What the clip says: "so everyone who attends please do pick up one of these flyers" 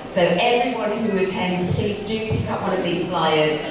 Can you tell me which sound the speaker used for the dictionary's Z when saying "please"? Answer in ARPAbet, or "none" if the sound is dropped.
Z